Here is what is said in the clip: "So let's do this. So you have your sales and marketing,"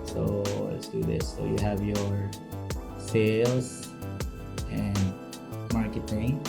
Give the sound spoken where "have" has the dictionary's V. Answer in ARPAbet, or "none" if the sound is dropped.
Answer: V